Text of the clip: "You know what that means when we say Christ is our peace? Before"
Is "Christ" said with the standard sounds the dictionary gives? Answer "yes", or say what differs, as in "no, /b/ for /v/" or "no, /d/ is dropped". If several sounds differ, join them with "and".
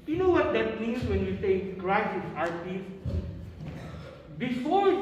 no, /t/ is dropped